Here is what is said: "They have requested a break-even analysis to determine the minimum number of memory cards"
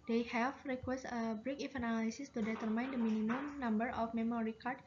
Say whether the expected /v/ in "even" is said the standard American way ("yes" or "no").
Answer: no